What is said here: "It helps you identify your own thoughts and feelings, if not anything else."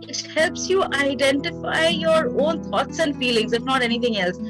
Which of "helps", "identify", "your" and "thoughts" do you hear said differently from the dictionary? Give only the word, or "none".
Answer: thoughts